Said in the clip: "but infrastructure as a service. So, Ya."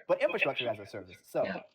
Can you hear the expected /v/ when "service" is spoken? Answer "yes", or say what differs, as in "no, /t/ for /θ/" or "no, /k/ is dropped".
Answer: yes